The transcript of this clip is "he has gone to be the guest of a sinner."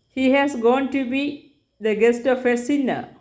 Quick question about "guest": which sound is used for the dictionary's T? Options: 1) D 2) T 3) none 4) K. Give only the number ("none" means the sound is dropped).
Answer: 2